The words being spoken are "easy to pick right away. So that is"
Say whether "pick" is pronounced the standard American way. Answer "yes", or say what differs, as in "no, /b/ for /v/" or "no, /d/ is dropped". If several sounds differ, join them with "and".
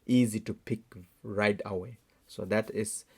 yes